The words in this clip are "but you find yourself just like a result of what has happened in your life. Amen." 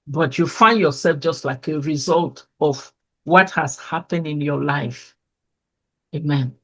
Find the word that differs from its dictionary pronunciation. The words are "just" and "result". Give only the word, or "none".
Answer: none